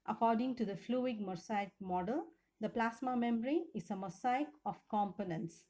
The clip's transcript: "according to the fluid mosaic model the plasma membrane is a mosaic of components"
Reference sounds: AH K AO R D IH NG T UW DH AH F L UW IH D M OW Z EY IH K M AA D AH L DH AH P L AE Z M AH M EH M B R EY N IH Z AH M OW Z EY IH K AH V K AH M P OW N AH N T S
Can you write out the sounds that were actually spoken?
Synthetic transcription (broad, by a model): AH K AO R D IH NG T UW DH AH F L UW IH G M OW S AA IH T M AA D AH L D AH P L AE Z M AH M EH M R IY IH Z AH M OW S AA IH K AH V K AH M P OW N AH N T S